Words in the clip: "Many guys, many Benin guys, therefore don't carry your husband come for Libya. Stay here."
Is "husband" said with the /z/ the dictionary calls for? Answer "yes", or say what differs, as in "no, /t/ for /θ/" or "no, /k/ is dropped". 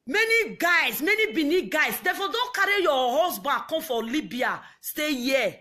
no, /s/ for /z/